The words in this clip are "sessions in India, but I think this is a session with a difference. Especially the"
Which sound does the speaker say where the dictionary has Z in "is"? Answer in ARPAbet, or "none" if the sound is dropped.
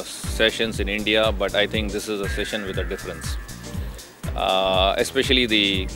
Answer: Z